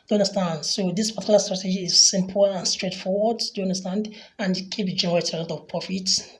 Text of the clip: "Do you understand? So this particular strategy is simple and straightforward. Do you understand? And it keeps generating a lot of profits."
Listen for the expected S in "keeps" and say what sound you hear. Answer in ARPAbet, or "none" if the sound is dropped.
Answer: none